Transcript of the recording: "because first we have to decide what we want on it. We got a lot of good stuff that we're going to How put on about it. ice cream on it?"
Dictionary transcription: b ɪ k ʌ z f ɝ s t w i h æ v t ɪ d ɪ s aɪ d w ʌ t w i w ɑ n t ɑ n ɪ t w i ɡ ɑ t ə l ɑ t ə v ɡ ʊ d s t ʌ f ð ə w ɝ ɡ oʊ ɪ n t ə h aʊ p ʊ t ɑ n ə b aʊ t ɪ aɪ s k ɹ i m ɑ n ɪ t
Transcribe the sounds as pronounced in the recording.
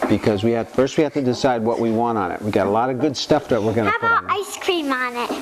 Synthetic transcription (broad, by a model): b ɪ k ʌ z f ɝ s t w i h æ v t ɪ d ɪ s aɪ d w ʌ t w i w ɑ n t n ɪ t w i ɡ ɑ t ə l ɑ t ə v ɡ ʊ d s t ʌ f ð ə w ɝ ɡ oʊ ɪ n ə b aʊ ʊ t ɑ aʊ ɪ s k ɹ i m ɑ n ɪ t